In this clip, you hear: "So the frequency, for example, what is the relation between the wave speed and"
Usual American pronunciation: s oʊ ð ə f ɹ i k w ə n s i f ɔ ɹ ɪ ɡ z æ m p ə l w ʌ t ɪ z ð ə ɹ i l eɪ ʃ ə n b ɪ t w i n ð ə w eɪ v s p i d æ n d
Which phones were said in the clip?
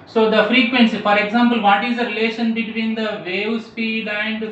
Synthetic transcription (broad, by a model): s oʊ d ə f ɹ i k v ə n s i f ɔ ɹ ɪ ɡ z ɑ m p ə l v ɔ t ɪ z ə ɹ i l eɪ ʃ ə n b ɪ t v i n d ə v eɪ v s p i d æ n d